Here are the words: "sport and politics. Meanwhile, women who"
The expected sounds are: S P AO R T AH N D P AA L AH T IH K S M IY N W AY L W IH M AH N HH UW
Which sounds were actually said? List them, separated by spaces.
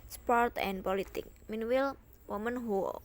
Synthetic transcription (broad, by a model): S P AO R T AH N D P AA L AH T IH K M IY N W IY L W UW M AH N HH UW